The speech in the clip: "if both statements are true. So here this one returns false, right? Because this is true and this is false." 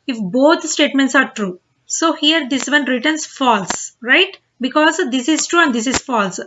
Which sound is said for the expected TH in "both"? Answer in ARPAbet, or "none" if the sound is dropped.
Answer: T